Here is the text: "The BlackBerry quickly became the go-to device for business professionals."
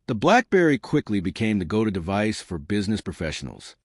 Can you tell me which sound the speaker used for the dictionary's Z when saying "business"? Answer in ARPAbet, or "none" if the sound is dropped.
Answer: Z